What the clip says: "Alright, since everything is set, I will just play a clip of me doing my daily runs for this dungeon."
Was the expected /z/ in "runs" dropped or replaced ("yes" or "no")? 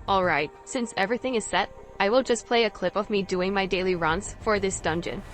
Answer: yes